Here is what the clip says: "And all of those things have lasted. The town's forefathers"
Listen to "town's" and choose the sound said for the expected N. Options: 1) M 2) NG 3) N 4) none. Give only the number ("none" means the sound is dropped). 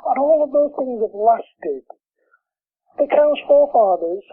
4